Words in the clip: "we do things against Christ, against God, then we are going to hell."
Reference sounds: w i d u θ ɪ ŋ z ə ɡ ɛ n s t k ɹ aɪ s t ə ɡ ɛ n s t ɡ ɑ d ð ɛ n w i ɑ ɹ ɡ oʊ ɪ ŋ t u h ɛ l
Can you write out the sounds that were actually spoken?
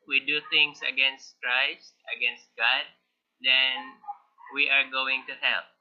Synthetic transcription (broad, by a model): w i d u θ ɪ ŋ s ə ɡ ɛ n s t k ɹ aɪ s t ə ɡ ɛ n s t ɡ ɑ d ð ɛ n w i ɑ ɹ ɡ oʊ ɪ ŋ t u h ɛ l